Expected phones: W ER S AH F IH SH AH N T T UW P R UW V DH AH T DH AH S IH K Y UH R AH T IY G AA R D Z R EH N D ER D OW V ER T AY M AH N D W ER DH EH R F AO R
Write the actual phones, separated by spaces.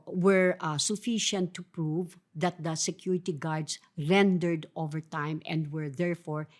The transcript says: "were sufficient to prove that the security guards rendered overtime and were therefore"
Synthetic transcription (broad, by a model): W ER S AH F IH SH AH N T T UW P R UW V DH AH T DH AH S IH K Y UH R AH T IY G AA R D S R EH N D ER D OW V ER T AY M AH N D W ER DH EH R F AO R